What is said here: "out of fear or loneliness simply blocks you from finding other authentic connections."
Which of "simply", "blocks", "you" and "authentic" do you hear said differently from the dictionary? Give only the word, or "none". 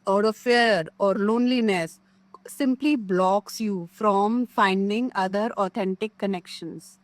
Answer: authentic